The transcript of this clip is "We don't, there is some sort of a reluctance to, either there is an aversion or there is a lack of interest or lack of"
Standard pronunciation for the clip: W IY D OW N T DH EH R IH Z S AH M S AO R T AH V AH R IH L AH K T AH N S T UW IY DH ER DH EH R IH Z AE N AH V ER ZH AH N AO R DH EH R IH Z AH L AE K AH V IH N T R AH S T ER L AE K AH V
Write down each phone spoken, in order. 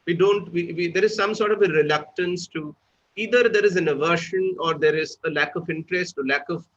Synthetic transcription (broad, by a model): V IY D OW N T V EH R IH Z S AH M S AO R T AH V AH R IH L AH K T AH N S T UW IY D ER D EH R IH Z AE N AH V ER SH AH N AO R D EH R IH Z AH L AE K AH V IH N T R AH S T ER L AE K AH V